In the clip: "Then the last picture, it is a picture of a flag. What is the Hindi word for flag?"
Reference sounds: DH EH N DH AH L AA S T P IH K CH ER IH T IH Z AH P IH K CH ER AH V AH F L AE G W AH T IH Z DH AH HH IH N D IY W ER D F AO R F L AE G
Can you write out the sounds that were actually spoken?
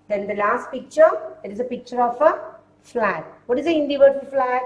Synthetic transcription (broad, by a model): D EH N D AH L AA S T P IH K CH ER IH T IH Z AH P IH K CH ER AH F AH F L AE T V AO T IH Z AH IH N D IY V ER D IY L F L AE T